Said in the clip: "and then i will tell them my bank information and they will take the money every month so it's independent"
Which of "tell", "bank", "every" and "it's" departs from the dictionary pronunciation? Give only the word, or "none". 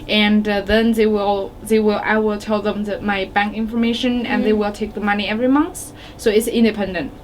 none